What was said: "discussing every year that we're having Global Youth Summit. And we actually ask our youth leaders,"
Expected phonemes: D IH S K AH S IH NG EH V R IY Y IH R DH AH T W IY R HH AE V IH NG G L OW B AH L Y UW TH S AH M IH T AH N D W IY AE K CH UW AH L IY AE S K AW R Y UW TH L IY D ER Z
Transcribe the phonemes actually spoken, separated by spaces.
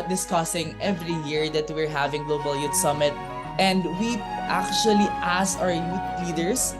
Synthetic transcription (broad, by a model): D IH S K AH S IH NG EH V R IY Y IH R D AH T W IY R HH AE V IH NG G L OW B AH L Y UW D S AH M IH T AH N D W IY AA K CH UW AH L IY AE S AW R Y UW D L IY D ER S